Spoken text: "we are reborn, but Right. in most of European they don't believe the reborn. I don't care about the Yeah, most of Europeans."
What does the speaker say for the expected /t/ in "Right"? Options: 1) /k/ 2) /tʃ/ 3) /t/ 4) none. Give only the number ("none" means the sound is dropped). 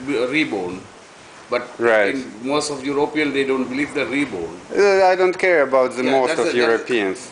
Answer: 4